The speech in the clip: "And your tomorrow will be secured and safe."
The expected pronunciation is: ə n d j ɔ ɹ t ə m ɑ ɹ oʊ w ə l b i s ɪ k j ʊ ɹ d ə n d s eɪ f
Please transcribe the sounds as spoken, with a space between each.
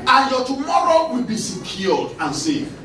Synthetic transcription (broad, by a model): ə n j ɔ t ə m ɑ ɹ oʊ w ə l b i s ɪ k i l d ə n s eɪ